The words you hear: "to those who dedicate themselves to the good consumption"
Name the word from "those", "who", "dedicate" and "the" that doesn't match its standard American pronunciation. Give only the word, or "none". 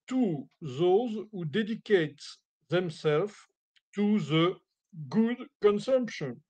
none